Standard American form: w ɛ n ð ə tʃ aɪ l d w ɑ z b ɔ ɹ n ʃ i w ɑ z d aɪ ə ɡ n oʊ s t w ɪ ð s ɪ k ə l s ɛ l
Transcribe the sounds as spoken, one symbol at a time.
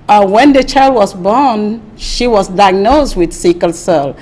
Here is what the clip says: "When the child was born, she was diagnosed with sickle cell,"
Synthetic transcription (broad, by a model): w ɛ n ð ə tʃ aɪ l d w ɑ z b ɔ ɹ n ʃ i w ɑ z d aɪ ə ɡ n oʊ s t w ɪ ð s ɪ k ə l s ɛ l